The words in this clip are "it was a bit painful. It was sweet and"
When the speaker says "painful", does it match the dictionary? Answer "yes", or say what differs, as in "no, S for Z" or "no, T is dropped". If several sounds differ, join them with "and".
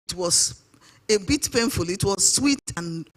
yes